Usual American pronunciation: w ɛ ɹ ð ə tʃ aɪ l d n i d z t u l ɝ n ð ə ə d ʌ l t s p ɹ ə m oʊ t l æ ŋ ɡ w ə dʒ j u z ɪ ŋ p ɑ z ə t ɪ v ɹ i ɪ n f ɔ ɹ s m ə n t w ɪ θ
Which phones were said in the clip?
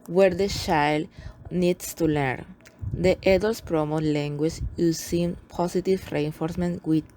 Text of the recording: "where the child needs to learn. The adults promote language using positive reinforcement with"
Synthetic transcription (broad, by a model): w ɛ ɹ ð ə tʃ aɪ l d n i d s t u l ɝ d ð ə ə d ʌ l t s p ɹ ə m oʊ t l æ ŋ ɡ w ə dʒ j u s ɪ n p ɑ s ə t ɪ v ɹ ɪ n f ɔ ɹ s m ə n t w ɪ